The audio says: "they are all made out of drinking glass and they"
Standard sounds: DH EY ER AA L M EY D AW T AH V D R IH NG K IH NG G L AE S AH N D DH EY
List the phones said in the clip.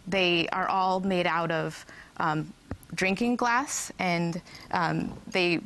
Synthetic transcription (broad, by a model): DH EY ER AA L M EY D AW T AH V D R IH NG K IH NG G L AE S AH N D DH EY